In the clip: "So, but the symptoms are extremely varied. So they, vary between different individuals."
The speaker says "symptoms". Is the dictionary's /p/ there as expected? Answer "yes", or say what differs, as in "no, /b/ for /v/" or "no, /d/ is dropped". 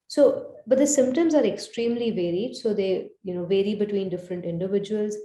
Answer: yes